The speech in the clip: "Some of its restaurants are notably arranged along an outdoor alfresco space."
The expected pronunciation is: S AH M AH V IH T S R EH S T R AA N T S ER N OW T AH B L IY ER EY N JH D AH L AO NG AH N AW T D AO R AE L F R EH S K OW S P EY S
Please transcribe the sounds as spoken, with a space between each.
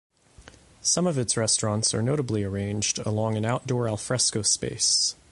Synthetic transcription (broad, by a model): S AH M AH V IH T S R EH S T R AA N T S ER N OW T AH B L IY ER EY N JH D AH L AO NG AH N AW T D AO R AE L F R EH S K OW S P EY S